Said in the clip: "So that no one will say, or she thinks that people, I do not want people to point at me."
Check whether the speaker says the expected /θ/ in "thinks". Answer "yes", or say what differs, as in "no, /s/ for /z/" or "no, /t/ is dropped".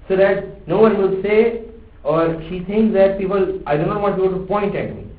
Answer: no, /t/ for /θ/